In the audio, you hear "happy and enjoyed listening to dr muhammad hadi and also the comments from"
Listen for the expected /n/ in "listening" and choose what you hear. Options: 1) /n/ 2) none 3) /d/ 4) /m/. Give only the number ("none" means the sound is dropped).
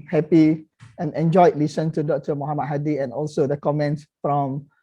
2